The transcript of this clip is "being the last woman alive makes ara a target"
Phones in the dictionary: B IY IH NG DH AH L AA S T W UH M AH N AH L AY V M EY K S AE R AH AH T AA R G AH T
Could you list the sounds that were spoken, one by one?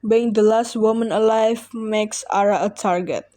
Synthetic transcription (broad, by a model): B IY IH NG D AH L AA S T W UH M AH N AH L AY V M EY K S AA R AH AH T AA R G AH T